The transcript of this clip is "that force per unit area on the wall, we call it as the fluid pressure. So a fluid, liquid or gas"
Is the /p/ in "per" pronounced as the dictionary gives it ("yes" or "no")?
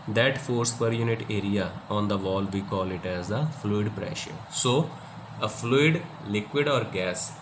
yes